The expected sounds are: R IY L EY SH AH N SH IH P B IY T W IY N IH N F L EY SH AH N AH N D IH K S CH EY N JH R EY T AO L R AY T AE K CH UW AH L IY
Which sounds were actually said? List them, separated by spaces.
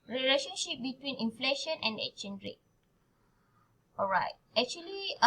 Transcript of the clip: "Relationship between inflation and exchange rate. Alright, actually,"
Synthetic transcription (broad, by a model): R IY L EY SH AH N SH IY P B IY T W IY N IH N F L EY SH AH N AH N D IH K CH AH N R EY T AO L R AY T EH K CH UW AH L IY